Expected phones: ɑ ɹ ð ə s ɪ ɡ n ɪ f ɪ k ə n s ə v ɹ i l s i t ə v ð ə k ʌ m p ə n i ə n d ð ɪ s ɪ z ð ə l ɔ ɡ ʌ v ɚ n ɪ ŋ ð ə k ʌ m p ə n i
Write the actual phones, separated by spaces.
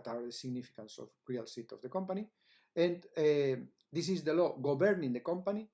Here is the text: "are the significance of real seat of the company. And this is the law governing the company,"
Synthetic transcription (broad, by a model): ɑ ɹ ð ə s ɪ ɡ n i f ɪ k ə n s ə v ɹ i l s i t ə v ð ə k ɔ m p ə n i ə n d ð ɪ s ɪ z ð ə l ɔ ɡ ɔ b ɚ n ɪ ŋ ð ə k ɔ m p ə n i